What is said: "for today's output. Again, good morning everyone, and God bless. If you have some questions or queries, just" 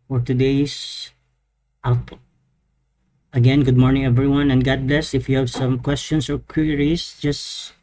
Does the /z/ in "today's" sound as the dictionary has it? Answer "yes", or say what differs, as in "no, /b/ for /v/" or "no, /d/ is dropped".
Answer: no, /z/ is dropped